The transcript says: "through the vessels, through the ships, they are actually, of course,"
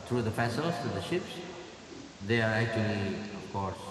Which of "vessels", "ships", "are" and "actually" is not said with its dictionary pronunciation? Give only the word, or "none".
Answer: vessels